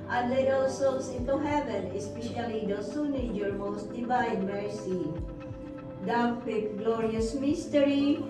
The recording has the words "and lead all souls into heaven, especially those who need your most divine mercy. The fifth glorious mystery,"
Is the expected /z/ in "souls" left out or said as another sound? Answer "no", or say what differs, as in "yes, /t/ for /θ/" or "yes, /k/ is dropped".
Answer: yes, /s/ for /z/